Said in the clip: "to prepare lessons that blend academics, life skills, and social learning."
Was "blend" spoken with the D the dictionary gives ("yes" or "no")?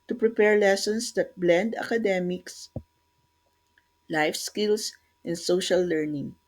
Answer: yes